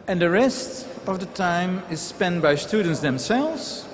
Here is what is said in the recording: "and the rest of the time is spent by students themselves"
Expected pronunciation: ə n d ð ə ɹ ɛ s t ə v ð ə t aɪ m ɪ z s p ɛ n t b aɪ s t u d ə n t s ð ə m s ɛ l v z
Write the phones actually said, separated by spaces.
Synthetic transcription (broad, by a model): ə n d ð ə ɹ ɛ s t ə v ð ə t aɪ m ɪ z s p ɛ n t b aɪ s t u d ə n t s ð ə m s ɛ l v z